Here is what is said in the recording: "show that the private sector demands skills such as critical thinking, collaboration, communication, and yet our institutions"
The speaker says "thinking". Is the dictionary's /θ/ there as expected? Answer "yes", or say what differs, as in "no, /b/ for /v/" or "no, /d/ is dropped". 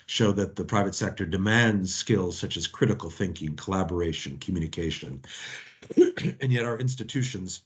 yes